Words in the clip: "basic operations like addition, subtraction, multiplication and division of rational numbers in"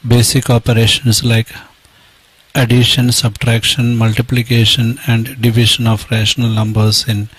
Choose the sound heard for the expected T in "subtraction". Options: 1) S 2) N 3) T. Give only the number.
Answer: 3